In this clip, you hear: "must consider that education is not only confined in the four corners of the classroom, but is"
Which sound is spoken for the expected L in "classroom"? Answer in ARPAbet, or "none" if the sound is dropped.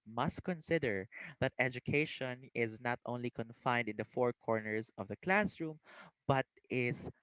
L